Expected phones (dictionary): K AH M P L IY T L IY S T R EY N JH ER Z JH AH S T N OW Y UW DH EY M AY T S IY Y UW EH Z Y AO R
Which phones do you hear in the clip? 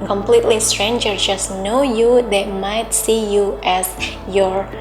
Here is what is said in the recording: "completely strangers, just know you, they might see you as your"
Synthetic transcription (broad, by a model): K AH M P L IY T L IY S T R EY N JH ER JH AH S N OW Y UW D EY M AY T S IY Y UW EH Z Y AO R